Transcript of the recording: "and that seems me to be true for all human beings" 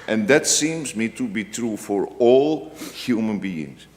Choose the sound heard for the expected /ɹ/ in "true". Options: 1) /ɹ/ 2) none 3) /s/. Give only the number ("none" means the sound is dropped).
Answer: 1